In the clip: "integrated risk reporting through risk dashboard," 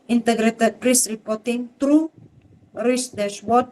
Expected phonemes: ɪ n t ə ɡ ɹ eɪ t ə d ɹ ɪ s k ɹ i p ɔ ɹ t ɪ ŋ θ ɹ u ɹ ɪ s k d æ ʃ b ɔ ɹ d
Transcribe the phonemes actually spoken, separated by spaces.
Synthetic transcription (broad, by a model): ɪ n t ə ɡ ɹ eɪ t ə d ɹ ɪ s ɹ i p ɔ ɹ t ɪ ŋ t ɹ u ɹ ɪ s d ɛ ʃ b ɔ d